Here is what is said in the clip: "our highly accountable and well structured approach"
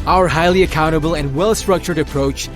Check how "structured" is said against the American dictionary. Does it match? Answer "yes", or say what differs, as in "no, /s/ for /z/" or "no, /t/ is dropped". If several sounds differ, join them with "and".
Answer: yes